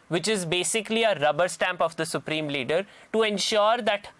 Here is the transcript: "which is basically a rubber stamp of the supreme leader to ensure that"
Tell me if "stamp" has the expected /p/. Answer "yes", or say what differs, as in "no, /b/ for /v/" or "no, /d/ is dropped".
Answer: yes